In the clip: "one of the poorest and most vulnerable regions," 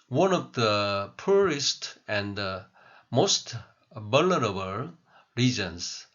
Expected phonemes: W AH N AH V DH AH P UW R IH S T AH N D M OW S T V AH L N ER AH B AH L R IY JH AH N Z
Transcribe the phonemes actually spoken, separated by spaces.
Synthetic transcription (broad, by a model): W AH N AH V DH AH P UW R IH S T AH N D M OW S T B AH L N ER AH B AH L R IY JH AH N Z